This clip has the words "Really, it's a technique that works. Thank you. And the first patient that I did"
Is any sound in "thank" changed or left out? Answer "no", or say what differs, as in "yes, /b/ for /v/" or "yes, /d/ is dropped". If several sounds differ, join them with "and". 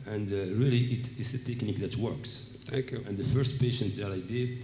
yes, /ŋ/ is dropped